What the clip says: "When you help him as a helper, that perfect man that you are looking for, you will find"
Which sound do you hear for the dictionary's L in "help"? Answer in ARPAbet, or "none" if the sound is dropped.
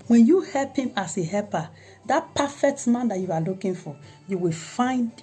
L